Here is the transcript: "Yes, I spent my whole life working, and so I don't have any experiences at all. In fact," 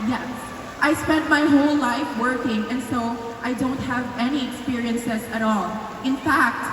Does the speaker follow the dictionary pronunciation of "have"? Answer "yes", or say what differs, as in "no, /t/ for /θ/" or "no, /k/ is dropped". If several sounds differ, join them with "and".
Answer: yes